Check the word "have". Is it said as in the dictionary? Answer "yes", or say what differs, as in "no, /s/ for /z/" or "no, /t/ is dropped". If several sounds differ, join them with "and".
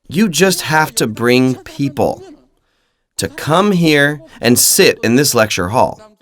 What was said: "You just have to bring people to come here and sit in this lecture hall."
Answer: no, /f/ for /v/